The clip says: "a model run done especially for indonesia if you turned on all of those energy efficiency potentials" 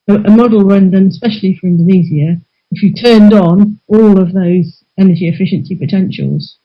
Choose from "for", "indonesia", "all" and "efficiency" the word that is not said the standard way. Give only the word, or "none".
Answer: indonesia